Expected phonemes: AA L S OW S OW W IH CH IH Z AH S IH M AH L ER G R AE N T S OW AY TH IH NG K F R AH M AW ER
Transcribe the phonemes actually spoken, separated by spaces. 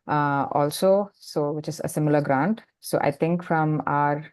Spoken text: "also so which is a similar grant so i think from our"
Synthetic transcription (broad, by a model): AA L S OW S OW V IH CH IH Z AH S IH M AH L ER G R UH N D S OW AY T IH NG K F R AH M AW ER